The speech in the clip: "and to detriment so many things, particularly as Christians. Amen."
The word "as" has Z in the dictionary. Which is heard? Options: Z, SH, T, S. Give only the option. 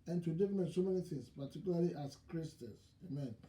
S